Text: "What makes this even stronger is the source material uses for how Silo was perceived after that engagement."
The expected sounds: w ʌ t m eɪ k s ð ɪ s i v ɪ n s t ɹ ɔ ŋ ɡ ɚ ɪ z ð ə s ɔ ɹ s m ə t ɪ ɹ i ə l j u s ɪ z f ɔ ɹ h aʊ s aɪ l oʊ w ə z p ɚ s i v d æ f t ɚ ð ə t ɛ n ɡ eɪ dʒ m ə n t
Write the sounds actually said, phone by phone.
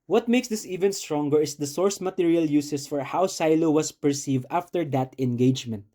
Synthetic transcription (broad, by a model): w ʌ t m eɪ k s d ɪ s i v ɪ n s t ɹ ɔ ŋ ɡ ɚ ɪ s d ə s ɔ ɹ s m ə t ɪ ɹ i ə l j u s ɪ s f ɔ ɹ h aʊ s aɪ l oʊ w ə s p ɚ s i v d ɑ f t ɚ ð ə t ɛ n ɡ eɪ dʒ m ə n t